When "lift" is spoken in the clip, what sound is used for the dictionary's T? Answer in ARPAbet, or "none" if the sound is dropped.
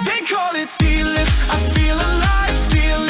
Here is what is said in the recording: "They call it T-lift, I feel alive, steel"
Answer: none